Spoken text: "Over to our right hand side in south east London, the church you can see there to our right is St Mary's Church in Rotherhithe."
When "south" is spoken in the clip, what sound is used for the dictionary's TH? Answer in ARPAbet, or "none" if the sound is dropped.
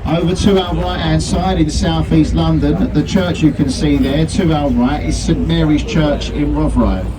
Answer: TH